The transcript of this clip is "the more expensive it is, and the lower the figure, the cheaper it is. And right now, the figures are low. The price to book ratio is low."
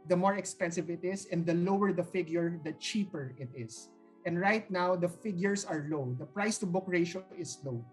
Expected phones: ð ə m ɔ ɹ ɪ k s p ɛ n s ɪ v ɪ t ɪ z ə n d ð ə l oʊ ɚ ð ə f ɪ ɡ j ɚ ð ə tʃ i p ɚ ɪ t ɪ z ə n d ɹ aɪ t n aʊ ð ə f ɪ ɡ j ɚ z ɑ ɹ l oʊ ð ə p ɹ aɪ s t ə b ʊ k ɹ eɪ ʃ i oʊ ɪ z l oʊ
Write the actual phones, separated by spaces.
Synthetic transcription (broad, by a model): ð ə m ɔ ɹ ɪ k s p ɛ n s ɪ v ɪ t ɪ s ə n d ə l oʊ ɚ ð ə f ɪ ɡ j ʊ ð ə tʃ i p ɚ ɪ t ɪ s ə n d ɹ aɪ t n aʊ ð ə f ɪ ɡ j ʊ s ɑ ɹ l oʊ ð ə p ɹ aɪ s t ə b ʊ k ɹ eɪ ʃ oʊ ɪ s l oʊ